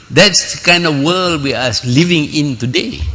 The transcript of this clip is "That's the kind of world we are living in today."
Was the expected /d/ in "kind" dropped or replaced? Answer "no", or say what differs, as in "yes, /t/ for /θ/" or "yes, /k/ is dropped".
no